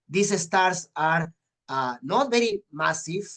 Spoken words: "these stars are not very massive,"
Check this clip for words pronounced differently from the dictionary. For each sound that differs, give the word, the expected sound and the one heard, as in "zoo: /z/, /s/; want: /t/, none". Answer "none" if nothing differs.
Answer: stars: /z/, /s/